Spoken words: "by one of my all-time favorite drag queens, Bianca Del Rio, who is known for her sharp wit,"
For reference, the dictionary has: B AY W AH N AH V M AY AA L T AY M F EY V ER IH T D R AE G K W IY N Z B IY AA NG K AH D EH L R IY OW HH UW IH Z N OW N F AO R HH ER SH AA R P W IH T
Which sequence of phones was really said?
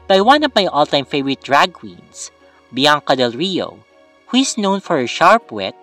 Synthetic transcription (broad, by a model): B AY W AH N AH V M AY AA L T AY M F EY V ER IH T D R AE G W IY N S B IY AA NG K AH D EH L R IY OW HH UW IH S N OW N F AO R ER SH AA R P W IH T